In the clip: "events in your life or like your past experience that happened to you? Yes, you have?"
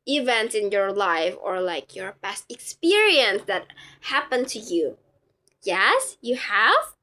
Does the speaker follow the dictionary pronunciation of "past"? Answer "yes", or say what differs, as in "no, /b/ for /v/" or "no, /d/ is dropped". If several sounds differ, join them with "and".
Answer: no, /b/ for /p/